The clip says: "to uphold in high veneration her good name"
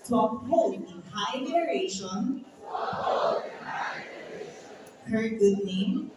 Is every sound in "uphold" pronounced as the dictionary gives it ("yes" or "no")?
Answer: no